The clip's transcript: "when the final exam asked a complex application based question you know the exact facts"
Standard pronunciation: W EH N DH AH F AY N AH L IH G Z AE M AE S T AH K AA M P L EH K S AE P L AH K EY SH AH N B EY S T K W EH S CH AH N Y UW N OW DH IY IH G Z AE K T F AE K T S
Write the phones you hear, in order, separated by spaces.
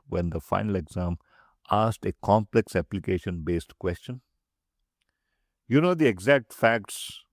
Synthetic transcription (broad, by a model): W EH N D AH F AY N AH L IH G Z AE M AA S T AH K AA M P L EH K S AE P L AH K EY SH AH N B EY S T K W EH S CH AH N Y UW N OW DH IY IH G Z AE K T F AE K T S